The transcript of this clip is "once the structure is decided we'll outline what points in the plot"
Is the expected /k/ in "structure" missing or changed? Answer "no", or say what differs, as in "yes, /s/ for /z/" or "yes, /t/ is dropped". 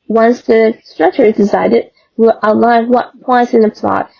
no